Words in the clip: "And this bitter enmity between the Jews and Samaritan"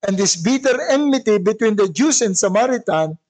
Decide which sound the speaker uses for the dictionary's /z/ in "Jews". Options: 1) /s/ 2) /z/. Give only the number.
1